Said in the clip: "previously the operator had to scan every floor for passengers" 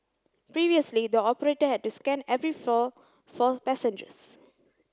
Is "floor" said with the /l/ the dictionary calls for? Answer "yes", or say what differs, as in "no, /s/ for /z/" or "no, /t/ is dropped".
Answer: no, /l/ is dropped